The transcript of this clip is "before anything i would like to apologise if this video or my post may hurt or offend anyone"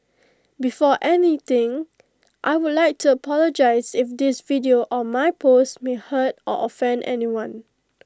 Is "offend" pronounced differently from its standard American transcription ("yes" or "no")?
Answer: no